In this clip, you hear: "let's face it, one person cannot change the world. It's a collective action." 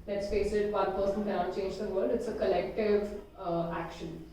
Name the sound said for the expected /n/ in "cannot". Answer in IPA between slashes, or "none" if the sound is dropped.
none